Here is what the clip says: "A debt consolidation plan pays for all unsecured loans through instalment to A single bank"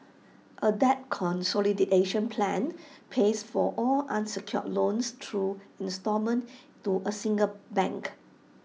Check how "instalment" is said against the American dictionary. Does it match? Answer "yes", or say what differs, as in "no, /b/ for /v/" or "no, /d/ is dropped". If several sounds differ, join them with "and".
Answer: no, /l/ is dropped